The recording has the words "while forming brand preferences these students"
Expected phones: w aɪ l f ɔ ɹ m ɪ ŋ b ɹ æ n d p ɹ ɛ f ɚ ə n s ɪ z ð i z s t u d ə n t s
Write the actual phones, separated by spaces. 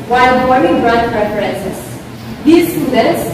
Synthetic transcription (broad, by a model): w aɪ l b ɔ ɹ ɪ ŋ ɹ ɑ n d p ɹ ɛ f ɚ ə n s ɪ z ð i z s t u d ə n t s